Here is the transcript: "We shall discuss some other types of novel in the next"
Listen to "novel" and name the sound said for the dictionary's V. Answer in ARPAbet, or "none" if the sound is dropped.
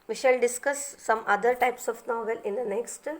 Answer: V